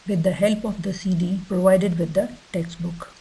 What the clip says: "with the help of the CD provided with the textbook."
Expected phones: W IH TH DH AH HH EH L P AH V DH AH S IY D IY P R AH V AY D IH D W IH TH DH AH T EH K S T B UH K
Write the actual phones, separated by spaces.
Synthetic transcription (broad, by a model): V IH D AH HH EH L P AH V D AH S IY D IY P R AH V AY D IH D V IH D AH T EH K S T B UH K